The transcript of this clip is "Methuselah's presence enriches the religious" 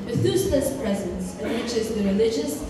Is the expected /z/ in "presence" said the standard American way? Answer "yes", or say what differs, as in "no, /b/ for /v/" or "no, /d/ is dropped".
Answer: yes